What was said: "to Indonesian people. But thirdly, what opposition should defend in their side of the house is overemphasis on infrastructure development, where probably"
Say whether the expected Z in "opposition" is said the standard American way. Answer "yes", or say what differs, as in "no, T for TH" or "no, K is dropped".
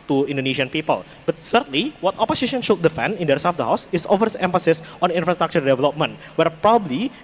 no, S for Z